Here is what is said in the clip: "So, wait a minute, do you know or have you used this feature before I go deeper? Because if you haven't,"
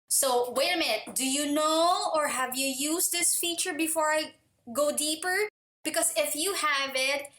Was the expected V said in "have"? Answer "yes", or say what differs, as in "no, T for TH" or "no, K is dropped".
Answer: yes